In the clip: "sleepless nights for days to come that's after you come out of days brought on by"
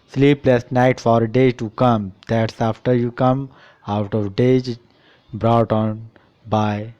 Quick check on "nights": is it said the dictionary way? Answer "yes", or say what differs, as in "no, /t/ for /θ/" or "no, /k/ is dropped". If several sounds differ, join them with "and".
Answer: no, /s/ is dropped